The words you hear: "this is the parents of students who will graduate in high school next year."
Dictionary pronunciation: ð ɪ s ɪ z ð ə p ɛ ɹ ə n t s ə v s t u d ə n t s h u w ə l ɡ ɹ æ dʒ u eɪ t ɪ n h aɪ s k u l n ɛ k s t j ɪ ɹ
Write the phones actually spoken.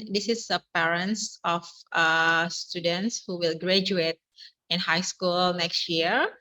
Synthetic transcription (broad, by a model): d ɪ s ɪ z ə p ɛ ɹ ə n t s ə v s t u d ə n t s h u w ə l ɡ ɹ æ dʒ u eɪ t ɪ n h aɪ s k u l n ɛ k s t j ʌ ɹ